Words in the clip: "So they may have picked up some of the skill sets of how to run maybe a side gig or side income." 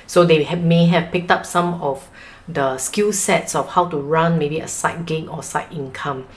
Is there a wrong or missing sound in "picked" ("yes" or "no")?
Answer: no